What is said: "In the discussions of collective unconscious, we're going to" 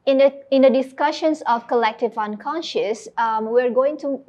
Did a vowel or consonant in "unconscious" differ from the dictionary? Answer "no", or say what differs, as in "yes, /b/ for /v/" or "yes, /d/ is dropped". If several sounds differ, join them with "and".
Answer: no